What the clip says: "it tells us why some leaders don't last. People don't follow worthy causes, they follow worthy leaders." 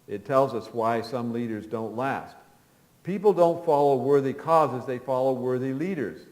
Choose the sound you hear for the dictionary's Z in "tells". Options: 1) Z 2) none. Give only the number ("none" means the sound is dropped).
1